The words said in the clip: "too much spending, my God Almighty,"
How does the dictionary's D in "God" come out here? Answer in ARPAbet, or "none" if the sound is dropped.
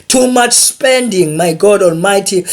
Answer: D